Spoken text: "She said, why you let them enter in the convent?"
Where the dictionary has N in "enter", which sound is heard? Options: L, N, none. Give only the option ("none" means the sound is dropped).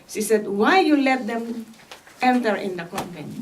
N